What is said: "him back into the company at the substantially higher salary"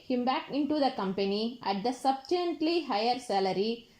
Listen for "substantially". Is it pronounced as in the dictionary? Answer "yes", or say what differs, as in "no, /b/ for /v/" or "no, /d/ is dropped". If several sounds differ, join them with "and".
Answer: no, /ʃ/ is dropped